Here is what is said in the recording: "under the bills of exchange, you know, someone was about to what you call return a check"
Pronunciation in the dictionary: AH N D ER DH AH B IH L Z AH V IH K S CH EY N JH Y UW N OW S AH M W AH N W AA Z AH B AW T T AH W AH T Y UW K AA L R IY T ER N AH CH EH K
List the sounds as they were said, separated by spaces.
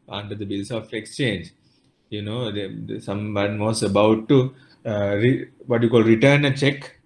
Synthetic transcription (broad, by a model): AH N D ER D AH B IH L S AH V IH K S CH EY N JH Y UW N OW S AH M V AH N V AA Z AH B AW T T AH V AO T Y UW K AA L R IY T ER N AH CH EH K